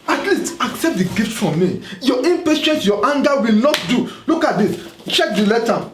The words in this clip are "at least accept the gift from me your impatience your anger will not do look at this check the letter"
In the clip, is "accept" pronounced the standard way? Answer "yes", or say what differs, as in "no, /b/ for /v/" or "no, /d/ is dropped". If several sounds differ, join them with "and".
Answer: yes